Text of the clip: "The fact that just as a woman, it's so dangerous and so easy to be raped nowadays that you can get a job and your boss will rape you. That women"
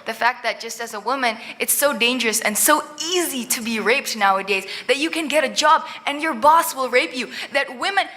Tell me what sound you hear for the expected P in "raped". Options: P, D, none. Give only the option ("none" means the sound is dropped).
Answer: P